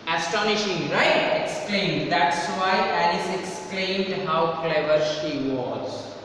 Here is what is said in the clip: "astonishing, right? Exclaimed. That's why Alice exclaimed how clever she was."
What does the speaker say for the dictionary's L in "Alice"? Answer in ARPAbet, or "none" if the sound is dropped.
N